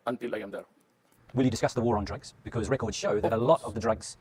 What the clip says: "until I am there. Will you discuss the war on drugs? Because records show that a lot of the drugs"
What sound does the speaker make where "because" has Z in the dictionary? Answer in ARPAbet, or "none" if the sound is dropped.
Z